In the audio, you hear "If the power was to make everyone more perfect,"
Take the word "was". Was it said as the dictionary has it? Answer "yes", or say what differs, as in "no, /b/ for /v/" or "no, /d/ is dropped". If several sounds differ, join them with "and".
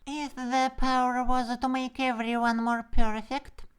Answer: yes